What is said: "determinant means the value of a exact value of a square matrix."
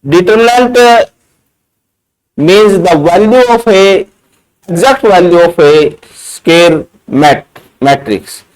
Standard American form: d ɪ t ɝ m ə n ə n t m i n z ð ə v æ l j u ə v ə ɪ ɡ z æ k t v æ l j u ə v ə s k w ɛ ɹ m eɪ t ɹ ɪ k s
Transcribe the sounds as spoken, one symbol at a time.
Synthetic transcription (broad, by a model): d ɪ t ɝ m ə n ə n t m i n z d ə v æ l j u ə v ə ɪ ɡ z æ k t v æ l j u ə f ə s k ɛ ɹ m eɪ t ɹ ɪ k s